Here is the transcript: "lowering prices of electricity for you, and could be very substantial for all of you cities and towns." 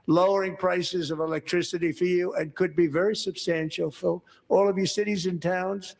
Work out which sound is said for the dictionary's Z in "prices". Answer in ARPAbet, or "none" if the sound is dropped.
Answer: Z